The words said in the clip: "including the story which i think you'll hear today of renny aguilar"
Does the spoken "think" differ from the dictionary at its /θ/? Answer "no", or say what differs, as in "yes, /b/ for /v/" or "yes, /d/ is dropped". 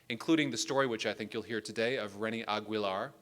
no